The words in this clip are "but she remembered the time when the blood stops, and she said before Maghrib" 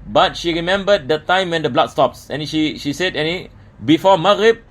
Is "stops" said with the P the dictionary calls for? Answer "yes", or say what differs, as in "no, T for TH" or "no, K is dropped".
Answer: yes